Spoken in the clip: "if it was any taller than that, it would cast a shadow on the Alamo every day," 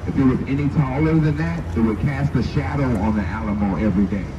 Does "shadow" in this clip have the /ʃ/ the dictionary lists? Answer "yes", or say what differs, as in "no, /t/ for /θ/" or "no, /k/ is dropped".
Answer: yes